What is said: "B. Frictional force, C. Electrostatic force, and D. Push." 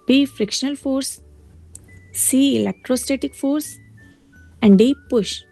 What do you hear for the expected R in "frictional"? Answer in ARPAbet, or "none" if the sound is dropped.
R